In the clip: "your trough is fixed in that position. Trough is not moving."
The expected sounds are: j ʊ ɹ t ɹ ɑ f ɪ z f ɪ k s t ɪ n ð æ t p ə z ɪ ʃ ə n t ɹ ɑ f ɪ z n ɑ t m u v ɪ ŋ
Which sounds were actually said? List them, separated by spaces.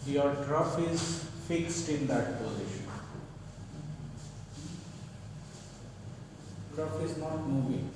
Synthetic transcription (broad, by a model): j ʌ ɹ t ɹ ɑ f ɪ z f ɪ k s t ɪ n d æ t p ə z ɪ ʃ ə n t ɹ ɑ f ɪ z n ɑ t m u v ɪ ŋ